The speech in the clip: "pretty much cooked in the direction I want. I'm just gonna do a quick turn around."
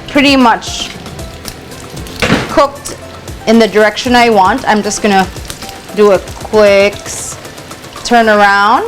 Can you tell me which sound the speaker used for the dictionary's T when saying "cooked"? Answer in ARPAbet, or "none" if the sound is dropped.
T